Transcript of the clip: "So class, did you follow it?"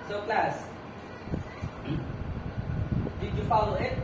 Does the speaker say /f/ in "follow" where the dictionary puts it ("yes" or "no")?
yes